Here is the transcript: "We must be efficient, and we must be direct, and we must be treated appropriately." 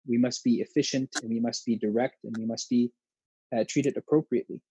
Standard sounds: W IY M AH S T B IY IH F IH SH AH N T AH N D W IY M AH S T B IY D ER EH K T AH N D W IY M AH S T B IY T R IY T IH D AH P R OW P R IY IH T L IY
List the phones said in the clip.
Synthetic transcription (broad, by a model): W IY M AH S T B IY IH F IH SH AH N T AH N W IY M AH S T B IY D ER EH K T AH N W IY M AH S T B IY T R IY T IH D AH P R OW P R IY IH T L IY